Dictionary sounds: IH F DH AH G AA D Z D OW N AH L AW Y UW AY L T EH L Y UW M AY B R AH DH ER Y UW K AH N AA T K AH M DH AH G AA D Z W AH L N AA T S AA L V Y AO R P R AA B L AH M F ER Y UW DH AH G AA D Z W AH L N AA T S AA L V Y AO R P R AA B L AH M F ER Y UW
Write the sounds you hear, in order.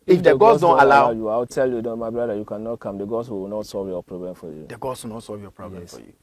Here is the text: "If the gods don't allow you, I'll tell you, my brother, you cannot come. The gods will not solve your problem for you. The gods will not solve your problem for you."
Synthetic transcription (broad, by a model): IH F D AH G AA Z D OW N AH L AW Y UW AY W T EH L Y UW M AY B R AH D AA Y UW K AH N AA T K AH M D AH G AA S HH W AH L N AA T S AA L V Y AO P R AA B L AH M F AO Y UW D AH G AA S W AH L N AA T S AA L V Y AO P R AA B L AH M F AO Y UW